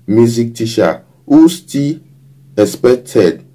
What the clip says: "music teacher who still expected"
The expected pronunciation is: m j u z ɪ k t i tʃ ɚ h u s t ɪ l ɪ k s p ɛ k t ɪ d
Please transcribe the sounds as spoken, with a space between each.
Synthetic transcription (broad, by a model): m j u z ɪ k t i ʃ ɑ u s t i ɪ s p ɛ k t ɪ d